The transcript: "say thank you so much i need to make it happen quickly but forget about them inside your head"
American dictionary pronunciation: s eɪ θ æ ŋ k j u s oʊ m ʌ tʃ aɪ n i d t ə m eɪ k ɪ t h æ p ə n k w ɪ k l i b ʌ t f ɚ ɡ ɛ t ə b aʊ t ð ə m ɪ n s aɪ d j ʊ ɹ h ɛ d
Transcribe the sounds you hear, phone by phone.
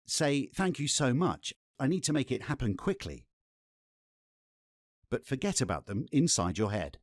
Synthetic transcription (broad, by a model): s eɪ θ æ ŋ k j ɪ s oʊ m ʌ tʃ aɪ n i d t ə m eɪ k ɪ t h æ p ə n k w ɪ k l i b ʌ t f ɚ ɡ ɛ t ə b aʊ t ð ə m ɪ n s aɪ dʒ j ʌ ɹ h ɛ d